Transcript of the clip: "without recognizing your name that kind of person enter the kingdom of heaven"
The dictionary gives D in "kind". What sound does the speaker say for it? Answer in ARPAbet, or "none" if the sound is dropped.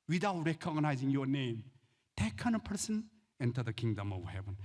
none